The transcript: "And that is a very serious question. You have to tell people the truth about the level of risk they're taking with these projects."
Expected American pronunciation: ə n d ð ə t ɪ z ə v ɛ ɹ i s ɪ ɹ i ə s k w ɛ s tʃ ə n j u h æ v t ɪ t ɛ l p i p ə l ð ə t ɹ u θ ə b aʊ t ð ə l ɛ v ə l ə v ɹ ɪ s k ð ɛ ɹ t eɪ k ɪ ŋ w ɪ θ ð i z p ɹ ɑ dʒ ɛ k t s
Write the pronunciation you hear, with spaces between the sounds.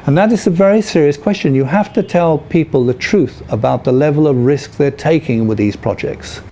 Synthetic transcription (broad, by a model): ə n ð ə t ɪ z ə v ɛ ɹ i s ɪ ɹ i ə s k w ɛ s tʃ ə n j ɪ h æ f t ɪ t ɛ l p i p ə l ð ə t ɹ u θ ə b aʊ t ð ə l ɛ v ə l ə v ɹ ɪ s k ð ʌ ɹ t eɪ k ɪ ŋ w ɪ ð i z p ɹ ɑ dʒ ɛ k t s